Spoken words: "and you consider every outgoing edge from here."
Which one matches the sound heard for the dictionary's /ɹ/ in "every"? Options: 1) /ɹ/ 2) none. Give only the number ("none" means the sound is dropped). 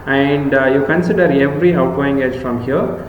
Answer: 1